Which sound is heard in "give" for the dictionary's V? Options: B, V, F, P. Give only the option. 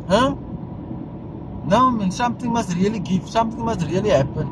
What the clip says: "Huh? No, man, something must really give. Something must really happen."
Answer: F